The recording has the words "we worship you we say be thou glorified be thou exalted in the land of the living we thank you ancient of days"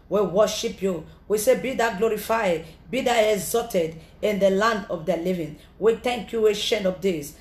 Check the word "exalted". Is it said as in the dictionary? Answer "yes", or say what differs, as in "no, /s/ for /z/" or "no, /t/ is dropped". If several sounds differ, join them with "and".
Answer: no, /l/ is dropped